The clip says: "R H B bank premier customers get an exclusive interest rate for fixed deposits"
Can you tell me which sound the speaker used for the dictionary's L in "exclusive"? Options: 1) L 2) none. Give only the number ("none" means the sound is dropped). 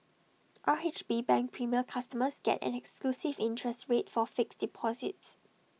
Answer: 1